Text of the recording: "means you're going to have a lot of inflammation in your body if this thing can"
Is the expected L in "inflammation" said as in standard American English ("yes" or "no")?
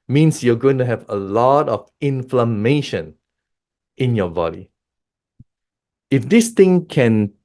yes